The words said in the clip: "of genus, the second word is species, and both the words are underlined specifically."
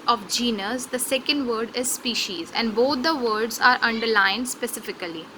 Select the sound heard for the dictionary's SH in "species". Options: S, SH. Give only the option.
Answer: SH